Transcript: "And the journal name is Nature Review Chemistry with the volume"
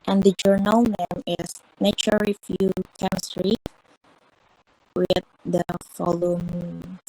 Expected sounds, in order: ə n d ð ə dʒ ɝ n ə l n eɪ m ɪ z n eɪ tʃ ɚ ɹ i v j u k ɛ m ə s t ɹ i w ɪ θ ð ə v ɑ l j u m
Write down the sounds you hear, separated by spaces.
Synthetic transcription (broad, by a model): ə n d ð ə dʒ ɝ n ə l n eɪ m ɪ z n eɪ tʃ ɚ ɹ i f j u k ɛ m ə s t ɹ i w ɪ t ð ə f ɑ l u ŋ